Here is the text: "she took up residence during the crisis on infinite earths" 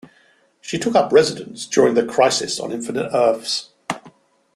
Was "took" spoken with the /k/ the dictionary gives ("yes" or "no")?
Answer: yes